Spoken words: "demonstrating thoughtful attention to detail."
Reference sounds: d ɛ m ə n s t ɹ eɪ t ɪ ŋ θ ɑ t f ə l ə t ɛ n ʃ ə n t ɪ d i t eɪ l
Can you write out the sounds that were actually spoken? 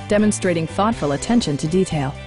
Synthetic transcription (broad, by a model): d ɛ m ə n s t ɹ eɪ t ɪ ŋ θ ɑ t f ə l ə t ɛ n ʃ ə n t ɪ d i t eɪ l